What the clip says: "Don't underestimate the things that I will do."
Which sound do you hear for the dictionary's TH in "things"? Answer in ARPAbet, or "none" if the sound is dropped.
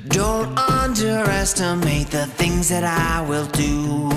TH